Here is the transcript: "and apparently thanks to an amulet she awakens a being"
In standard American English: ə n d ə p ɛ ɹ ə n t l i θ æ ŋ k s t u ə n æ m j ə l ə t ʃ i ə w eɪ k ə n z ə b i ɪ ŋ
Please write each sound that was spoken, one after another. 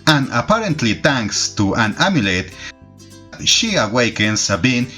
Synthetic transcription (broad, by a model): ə n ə p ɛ ɹ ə n t l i t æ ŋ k s t u ə n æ m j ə l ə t ʃ i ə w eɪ k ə n s ə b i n